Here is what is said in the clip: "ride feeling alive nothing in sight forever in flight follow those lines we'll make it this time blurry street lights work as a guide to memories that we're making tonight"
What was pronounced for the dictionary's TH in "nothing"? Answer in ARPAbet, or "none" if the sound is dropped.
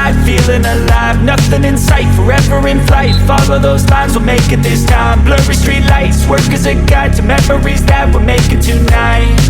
TH